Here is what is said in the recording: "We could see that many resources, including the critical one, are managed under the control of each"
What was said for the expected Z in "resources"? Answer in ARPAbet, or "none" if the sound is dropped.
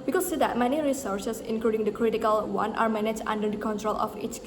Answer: S